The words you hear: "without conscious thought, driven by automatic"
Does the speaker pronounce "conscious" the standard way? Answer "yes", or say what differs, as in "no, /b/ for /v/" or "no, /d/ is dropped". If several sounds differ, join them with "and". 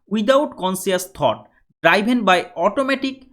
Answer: no, /s/ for /ʃ/